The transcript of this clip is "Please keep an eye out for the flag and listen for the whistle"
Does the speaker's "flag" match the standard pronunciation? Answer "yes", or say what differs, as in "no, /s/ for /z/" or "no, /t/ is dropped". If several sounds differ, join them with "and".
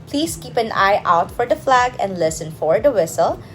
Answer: yes